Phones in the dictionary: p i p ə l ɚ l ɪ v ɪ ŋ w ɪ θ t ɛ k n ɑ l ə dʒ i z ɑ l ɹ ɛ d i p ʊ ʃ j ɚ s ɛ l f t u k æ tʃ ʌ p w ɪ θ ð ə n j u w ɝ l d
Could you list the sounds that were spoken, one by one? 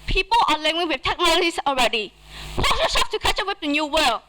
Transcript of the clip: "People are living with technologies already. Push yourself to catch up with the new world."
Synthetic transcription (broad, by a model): p i p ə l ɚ l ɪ w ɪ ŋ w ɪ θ t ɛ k n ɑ l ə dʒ i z ɑ l ɹ ɛ d i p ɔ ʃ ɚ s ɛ f t u k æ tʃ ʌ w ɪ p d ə n j u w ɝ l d